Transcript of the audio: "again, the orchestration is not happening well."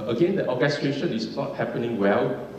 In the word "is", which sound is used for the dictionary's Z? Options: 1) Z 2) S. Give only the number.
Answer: 2